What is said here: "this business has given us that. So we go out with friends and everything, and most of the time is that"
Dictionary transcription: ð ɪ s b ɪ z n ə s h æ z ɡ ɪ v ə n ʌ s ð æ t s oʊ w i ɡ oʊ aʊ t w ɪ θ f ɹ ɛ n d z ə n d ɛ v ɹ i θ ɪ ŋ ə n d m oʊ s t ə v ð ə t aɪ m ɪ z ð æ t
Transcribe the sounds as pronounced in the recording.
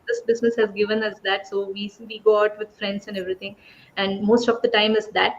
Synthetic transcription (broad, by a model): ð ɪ s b ɪ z n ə s h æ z ɡ ɪ v ə n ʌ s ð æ t s oʊ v i ɡ oʊ aʊ t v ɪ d f ɹ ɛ n d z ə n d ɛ v ɹ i t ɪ ŋ ə n d m oʊ s t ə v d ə t aɪ m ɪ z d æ t